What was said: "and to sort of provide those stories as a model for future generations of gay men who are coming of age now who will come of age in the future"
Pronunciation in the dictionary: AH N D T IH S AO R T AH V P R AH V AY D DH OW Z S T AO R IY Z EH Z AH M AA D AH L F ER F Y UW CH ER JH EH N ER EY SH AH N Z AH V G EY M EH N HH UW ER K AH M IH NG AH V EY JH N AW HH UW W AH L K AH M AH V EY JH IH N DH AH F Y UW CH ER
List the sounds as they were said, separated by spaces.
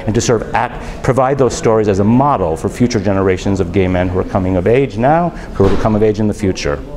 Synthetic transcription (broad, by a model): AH N T IH S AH R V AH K P R AH V AY D DH OW Z S T AO R IY Z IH Z AH M AA D L F ER F Y UW CH ER JH EH N ER EY SH AH N Z AH V G EY M EH N HH UW ER K AH M IH NG AH V EY JH N AW HH UW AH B K AH M AH V EY JH IH N DH AH F Y UW CH ER